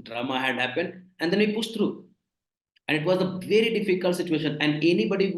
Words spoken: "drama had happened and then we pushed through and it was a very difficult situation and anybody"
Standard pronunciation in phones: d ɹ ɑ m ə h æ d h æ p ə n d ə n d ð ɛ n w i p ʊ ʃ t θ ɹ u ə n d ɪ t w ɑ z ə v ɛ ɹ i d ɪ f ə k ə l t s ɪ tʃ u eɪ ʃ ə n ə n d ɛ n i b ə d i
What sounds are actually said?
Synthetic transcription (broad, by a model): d ɹ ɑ m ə h æ d h æ p ə n d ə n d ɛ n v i p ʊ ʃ t t ɹ u ə n d ɪ t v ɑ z ə v ɛ ɹ i d ɪ f ə k ə l t s ɪ tʃ u eɪ ʃ ə n ə n d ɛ n i b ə d i